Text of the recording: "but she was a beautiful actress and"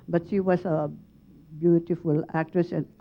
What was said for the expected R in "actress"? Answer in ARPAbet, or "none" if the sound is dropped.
R